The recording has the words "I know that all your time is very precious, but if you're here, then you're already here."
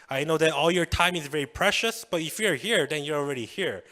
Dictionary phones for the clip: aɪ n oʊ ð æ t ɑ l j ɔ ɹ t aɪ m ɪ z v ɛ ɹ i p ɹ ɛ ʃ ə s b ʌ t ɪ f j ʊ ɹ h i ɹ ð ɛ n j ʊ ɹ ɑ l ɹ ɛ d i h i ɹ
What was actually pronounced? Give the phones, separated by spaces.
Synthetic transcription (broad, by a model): aɪ n oʊ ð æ t ɑ l j ɔ ɹ t aɪ m ɪ z v ɛ ɹ i p ɹ ɛ ʃ ə s b ʌ t ɪ f j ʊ ɹ h i ɹ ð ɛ n j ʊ ɹ ɑ l ɹ ɛ d i h i ɹ